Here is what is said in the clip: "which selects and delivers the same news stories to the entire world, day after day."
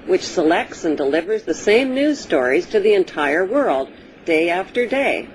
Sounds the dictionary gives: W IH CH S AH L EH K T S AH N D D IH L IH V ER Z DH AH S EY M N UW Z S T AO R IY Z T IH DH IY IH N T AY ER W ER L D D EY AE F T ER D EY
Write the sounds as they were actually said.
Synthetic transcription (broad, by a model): W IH CH S AH L EH K T S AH N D D IH L IH V ER Z DH AH S EY M N UW Z S T AO R IY Z T IH DH IY IH N T AY ER W ER L D D EY AE F T ER D EY